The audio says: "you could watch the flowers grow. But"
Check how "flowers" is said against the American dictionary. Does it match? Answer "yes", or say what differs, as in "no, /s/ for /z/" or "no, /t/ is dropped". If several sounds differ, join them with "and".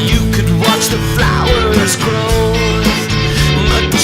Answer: yes